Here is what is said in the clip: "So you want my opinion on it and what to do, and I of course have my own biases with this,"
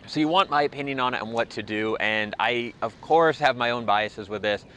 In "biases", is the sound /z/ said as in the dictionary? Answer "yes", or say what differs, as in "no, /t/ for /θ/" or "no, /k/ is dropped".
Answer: yes